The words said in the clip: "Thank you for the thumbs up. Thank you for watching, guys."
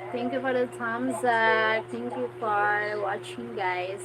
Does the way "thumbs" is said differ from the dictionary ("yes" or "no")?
yes